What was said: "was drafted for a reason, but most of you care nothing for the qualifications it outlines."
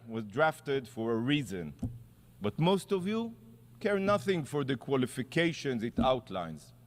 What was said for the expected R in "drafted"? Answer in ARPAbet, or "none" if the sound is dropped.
R